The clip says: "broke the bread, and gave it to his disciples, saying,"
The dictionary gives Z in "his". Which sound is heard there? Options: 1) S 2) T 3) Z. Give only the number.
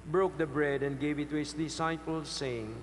1